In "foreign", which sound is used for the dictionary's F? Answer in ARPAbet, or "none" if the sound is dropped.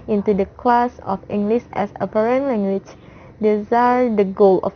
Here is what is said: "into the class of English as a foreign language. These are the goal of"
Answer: P